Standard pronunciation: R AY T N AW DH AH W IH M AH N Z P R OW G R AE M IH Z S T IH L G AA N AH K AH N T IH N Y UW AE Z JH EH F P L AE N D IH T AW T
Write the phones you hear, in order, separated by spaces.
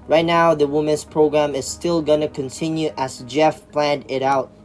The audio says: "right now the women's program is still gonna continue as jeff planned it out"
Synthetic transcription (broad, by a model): R AY T N AW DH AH W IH M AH N S P R OW G R AE M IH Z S T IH L G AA N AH K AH N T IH N Y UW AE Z JH EH F P L AE N D IH T AW T